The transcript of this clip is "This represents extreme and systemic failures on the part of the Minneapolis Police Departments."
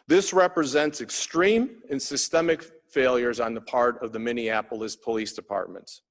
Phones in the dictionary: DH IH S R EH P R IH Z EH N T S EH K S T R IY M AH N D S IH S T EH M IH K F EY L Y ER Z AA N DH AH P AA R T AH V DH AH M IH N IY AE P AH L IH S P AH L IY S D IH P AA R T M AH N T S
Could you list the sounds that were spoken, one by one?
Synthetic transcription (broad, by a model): DH IH S R EH P R IH Z EH N T S EH K S T R IY M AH N S IH S T EH M IH K F EY L Y ER Z N DH AH P AA R T AH V DH AH M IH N IY AE P L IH S P AH L IY S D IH P AA R T M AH N T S